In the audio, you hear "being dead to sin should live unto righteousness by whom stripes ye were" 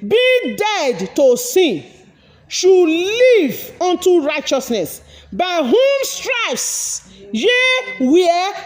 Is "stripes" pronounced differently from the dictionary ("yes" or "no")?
yes